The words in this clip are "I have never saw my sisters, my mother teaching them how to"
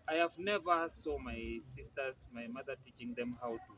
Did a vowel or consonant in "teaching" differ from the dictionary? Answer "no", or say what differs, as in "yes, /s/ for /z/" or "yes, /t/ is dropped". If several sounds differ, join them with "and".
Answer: no